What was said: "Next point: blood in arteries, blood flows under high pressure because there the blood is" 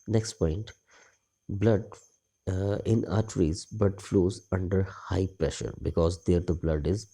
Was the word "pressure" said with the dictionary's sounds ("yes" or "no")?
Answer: yes